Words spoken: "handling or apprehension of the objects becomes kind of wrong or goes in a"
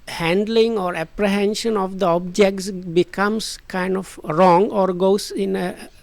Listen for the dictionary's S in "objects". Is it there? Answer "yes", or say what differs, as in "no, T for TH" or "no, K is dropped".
yes